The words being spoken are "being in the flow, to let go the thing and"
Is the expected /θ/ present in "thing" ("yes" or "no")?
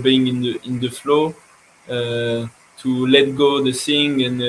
no